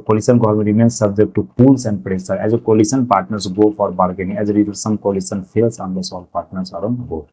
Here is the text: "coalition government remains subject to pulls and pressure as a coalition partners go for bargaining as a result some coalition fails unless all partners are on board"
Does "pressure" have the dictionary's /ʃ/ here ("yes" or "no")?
no